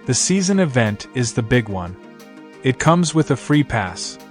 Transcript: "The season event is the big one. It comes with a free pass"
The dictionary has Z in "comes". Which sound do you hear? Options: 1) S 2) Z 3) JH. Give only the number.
2